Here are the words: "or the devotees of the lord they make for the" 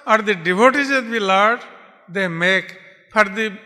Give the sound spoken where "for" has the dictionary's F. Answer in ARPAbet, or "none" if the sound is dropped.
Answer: P